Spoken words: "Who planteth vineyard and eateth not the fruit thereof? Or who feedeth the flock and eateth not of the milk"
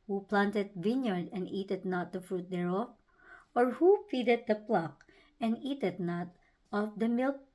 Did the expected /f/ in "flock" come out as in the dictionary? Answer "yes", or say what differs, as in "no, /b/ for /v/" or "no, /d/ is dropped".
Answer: no, /p/ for /f/